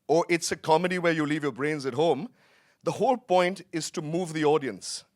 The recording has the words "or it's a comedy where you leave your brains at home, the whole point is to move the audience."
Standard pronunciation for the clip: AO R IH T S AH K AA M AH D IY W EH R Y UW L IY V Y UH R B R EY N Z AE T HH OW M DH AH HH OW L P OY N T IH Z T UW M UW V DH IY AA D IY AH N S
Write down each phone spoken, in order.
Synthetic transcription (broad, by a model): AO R IH T S AH K AA M AH D IY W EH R Y UW L IY V Y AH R B R EY N Z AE T HH OW M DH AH HH OW L P OY N T IH Z T UW M UW V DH IY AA D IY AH N S